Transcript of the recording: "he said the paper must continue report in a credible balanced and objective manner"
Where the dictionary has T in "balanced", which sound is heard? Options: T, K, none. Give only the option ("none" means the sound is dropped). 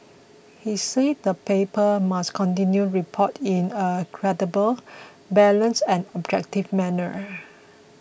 none